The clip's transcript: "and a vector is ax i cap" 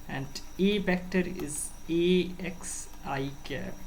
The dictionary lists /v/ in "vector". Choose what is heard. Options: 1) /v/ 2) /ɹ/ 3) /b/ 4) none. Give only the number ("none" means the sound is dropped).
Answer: 3